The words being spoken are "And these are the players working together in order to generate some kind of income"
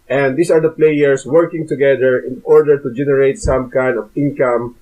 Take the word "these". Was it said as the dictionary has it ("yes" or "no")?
no